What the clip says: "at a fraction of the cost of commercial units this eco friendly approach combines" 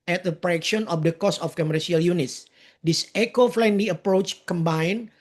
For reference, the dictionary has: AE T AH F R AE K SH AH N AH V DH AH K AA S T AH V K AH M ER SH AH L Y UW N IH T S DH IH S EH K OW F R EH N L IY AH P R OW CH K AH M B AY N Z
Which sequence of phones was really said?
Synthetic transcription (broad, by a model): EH T AH P R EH K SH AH N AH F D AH K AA S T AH F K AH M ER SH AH L Y UW N IH T S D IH S EH K OW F L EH N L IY AH P R OW CH K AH M B AY N